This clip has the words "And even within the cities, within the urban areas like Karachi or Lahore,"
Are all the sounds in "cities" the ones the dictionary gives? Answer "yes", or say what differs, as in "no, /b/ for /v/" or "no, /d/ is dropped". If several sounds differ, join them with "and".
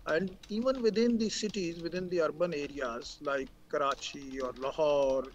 yes